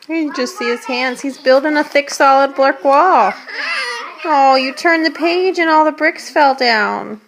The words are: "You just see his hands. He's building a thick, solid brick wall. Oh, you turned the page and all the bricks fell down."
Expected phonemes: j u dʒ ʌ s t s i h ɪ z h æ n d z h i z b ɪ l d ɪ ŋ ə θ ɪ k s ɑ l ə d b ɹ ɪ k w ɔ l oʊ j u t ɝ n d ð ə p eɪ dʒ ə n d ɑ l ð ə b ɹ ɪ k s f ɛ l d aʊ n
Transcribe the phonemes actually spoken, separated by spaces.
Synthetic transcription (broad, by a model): j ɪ dʒ ʌ s t s i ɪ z h æ n d z h i z b ɪ l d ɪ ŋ ə θ ɪ k s ɑ l ə d b l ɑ k w ɔ l oʊ j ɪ t ɝ n ð ə p eɪ dʒ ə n ɑ l ð ə b ɹ ɪ k s f ɛ l d aʊ n